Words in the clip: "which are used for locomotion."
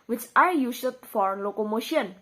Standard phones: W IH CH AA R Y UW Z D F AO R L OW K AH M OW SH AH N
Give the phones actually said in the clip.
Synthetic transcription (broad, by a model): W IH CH AA R Y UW S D F AO R L OW K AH M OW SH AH N